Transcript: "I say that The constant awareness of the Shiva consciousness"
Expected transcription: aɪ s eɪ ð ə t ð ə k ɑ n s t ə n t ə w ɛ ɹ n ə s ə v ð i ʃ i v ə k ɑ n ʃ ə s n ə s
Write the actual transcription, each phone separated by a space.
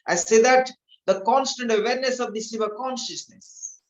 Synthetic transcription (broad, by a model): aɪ s eɪ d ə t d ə k ɑ n s t ə n t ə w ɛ ɹ n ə s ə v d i s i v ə k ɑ n ʃ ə s n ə s